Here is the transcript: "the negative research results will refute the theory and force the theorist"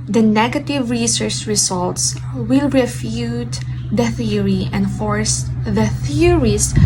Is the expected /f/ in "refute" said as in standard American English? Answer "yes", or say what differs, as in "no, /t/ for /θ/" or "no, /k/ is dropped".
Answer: yes